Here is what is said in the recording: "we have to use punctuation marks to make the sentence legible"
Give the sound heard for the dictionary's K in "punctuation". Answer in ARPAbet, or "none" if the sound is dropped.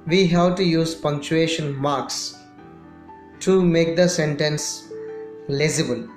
K